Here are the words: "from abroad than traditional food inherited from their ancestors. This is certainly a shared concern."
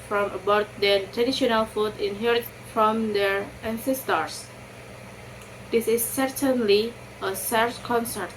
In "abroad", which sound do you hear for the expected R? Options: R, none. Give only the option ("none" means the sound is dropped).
none